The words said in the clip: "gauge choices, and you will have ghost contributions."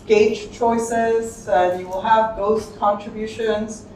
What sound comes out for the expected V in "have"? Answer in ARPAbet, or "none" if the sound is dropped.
V